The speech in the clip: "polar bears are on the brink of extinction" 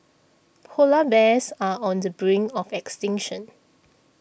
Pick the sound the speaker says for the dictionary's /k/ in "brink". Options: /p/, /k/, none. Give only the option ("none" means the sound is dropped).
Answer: none